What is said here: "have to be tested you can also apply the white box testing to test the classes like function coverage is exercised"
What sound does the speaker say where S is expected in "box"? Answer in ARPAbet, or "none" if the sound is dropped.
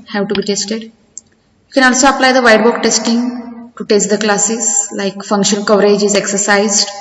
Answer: none